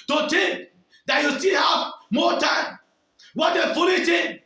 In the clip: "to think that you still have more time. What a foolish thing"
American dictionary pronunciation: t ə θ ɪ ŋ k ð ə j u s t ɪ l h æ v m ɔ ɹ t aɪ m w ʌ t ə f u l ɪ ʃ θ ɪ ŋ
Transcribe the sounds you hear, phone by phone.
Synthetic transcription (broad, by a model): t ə t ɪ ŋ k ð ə j u s t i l h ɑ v m ɔ t aɪ m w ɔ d ə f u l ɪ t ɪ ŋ